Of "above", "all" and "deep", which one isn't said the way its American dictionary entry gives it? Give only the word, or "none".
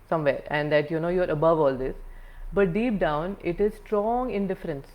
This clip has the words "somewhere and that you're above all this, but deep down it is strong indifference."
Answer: none